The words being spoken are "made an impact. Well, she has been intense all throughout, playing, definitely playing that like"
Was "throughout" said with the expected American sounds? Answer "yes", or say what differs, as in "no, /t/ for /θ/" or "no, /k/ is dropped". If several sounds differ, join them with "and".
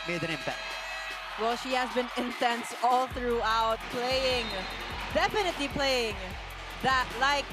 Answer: yes